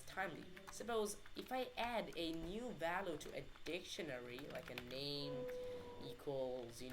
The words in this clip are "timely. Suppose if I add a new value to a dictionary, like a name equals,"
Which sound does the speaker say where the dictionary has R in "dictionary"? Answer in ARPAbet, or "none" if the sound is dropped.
R